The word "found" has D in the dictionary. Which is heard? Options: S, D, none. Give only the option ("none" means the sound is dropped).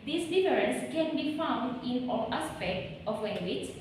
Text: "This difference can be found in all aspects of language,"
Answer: D